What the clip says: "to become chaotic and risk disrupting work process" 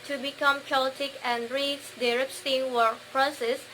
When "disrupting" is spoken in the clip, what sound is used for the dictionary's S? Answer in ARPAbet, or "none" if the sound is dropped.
none